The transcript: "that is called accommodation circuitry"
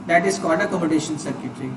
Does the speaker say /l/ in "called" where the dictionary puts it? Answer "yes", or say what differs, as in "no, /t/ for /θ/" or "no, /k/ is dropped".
no, /n/ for /l/